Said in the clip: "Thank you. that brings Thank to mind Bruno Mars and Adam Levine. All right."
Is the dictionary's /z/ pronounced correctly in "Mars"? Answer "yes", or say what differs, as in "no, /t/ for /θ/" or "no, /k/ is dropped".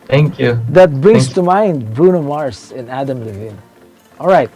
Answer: no, /s/ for /z/